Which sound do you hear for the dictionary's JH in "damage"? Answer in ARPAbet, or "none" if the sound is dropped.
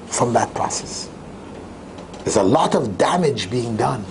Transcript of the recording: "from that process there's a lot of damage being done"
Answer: JH